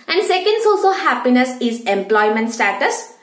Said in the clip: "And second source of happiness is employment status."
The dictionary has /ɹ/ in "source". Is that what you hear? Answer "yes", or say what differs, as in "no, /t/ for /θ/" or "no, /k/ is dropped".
no, /l/ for /ɹ/